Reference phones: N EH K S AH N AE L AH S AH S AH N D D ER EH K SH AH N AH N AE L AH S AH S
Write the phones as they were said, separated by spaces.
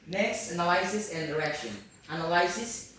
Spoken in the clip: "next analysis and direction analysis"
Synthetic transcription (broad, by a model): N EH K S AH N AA L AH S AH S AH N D D ER EH K SH AH N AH N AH L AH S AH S